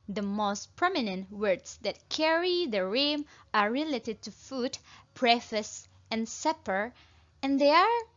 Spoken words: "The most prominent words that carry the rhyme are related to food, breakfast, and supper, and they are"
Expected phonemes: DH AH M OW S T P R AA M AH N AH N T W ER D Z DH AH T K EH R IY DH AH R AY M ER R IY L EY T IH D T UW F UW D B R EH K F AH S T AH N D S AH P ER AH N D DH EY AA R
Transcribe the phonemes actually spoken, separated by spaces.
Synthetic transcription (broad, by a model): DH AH M OW S T P R AA M AH N AH N T W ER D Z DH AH T K EH R IY DH AH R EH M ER R IY L EY T IH D T UW F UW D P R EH F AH S AH N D S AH P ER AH N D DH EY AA R